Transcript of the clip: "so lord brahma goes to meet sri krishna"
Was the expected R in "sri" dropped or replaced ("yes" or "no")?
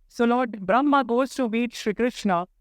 no